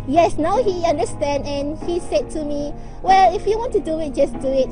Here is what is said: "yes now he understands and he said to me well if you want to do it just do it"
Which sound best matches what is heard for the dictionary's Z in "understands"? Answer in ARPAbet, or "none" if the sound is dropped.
none